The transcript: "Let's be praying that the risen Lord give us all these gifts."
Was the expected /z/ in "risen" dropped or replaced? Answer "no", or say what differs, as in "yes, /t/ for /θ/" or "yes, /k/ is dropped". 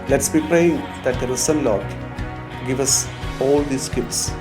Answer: yes, /s/ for /z/